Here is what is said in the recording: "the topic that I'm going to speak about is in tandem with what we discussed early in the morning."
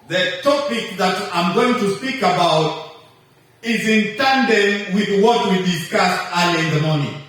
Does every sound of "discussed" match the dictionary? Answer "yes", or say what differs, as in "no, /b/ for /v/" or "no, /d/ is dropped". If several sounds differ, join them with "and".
no, /t/ is dropped